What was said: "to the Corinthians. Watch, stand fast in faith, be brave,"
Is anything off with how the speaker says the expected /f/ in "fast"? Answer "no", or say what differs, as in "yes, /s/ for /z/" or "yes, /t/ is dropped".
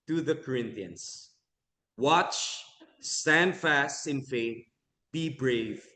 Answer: no